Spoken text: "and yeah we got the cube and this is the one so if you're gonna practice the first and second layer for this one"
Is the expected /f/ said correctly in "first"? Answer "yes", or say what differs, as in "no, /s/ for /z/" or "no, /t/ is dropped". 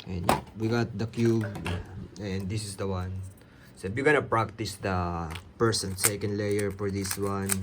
no, /p/ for /f/